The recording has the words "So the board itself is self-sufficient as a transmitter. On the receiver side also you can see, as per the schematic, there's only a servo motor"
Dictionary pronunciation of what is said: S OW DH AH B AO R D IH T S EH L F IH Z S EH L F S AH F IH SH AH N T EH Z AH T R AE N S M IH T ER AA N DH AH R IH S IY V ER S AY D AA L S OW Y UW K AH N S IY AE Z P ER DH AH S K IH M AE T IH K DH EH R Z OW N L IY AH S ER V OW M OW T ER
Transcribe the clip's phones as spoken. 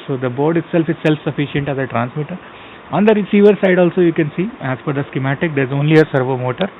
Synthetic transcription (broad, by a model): S OW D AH B AO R D IH T S EH L F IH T S EH L F S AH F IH SH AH N T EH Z AH T R AE N S M IH T ER AA N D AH R IH S IY V ER S AY D AA L S OW Y UW K AH N S IY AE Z F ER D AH S K IH M AE T IH K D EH R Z OW N L IY AH S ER V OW M OW T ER